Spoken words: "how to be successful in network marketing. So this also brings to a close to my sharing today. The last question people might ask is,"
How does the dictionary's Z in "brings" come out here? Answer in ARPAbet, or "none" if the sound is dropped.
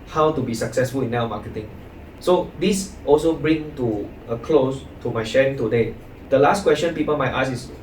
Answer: none